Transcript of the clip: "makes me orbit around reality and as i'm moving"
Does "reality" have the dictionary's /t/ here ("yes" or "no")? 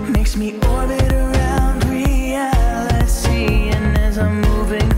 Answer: no